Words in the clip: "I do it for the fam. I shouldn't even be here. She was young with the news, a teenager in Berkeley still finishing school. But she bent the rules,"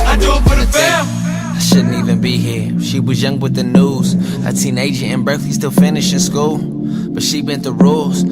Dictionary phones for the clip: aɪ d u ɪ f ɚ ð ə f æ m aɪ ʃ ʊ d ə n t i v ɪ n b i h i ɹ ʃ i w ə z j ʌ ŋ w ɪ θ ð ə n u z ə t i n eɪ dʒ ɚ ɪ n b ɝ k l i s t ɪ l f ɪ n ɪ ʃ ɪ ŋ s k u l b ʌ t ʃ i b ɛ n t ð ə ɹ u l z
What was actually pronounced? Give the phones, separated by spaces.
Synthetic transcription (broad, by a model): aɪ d ɪ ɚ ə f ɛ aɪ ʃ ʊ d n t i v ɪ n b i h i ɹ ʃ i w ə z j ʌ ŋ w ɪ ð ə n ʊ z ə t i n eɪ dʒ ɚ ɪ n b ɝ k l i s t ɪ l f ɪ n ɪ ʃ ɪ s k u l b ʌ t ʃ i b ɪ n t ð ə ɹ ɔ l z